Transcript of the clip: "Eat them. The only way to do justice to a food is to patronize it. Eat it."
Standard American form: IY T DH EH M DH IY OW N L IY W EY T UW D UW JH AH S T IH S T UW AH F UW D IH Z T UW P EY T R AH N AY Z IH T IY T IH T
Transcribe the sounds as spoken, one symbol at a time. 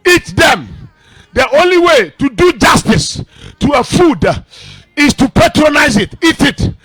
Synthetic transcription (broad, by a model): IY T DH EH M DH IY OW N L IY W EY T UW D UW JH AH S T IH S T UW AH F UW D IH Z T UW P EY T R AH N AY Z IH T IY T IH T